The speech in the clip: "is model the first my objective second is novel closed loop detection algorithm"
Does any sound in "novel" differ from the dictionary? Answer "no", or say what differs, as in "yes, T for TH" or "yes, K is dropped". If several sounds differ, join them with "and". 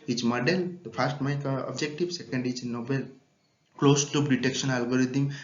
yes, B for V